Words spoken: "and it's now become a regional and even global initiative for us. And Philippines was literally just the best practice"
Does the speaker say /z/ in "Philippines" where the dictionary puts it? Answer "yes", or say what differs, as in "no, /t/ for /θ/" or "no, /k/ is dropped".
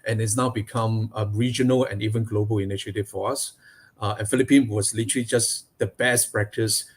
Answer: no, /z/ is dropped